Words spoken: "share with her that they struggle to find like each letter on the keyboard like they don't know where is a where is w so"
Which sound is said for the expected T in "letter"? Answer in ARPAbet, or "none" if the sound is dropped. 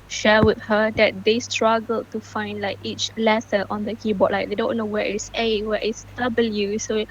S